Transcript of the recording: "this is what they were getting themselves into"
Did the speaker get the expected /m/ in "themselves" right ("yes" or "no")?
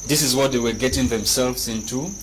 yes